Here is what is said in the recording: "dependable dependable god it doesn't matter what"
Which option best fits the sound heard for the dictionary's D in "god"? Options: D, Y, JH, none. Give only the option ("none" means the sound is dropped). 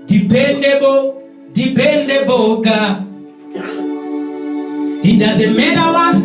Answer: none